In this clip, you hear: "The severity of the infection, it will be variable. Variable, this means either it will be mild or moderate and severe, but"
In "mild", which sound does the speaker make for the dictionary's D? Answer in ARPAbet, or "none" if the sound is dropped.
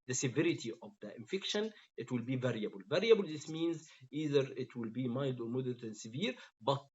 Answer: D